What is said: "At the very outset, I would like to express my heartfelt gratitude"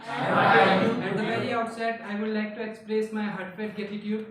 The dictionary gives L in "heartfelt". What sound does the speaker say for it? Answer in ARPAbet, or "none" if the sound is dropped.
none